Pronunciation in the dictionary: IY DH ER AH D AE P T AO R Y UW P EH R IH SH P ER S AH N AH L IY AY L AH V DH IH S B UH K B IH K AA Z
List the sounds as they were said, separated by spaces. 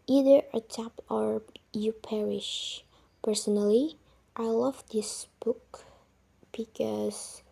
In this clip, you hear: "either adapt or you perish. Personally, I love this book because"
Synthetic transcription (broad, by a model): IY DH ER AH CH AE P AO R Y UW P EH R IH SH P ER S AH N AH L IY AY L AH V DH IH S B UH K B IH K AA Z